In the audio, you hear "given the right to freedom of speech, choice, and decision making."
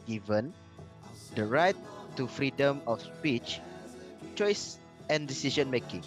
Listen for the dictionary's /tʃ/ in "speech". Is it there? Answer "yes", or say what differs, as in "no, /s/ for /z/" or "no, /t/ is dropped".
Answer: yes